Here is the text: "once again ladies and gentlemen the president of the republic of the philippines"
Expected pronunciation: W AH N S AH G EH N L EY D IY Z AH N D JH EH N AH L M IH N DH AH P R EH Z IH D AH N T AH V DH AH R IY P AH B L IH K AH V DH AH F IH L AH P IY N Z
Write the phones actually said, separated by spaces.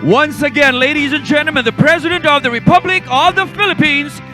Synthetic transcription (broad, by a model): W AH N S AH G EH N L EY D IY Z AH N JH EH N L M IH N DH AH P R EH Z IH D AH N T AH V DH AH R IY P AH B L IH K AH V DH AH F IH L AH P IY N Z